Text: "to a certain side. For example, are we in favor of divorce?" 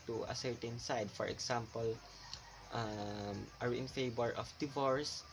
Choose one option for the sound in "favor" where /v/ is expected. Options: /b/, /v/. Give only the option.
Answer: /b/